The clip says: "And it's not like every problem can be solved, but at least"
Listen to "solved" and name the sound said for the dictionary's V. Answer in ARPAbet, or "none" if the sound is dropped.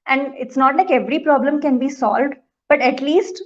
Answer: V